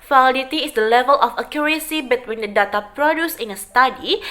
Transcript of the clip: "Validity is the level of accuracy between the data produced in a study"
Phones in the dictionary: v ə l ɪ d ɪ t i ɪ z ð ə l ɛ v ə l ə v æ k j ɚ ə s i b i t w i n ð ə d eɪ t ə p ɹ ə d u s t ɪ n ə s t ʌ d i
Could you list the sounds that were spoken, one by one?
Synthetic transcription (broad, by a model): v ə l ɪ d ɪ t i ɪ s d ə l ɛ v ə l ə f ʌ k j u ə s i b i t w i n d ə d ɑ t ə p ɹ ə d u s ɪ n ə s t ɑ d i